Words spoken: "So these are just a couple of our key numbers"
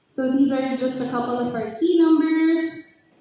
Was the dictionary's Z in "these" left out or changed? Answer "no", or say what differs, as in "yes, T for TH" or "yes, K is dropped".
no